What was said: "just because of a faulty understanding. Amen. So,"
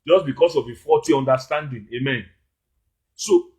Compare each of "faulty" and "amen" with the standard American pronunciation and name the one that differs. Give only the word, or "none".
faulty